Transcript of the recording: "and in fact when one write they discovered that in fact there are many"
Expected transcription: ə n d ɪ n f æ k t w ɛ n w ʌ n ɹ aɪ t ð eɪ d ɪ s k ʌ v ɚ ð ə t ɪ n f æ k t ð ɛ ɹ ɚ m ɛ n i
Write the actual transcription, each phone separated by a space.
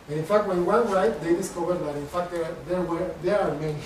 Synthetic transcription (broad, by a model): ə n ɪ n f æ k t w ɛ n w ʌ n ɹ aɪ t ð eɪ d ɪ s k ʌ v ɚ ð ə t ɪ n f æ k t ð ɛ w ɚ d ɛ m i